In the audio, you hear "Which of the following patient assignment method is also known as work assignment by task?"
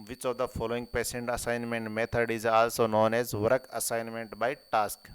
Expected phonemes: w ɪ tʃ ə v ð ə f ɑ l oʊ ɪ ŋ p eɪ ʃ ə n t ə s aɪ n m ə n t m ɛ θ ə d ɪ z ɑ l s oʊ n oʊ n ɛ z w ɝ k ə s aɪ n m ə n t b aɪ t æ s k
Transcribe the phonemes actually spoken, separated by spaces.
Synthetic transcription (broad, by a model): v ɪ tʃ ə v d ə f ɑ l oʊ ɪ ŋ p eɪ s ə n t ə s aɪ n m ə n t m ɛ t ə d ɪ z ɑ l s oʊ n oʊ n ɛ z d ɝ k ə s aɪ n m ə n t b aɪ t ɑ s k